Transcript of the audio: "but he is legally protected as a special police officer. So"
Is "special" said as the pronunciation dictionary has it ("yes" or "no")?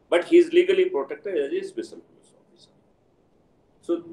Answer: no